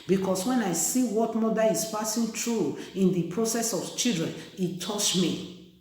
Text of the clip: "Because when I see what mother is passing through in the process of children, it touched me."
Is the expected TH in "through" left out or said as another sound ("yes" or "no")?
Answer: yes